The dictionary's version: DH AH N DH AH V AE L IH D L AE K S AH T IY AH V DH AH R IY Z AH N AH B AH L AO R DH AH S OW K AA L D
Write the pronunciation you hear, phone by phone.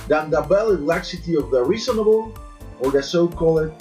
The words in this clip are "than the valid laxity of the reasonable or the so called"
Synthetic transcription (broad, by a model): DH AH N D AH B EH L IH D L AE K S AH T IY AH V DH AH R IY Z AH N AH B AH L AO R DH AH S OW K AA L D